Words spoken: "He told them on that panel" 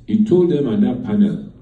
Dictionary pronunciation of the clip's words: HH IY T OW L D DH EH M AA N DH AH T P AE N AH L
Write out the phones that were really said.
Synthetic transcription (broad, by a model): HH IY T OW L D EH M AA N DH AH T P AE N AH L